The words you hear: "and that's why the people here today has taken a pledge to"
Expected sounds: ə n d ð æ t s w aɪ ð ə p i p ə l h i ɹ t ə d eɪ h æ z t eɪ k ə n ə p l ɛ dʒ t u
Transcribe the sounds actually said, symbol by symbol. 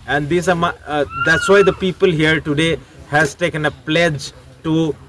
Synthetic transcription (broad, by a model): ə n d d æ t s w aɪ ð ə p i p ə l h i ɹ t ə d eɪ h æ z t eɪ k ə n ə p l ɛ dʒ t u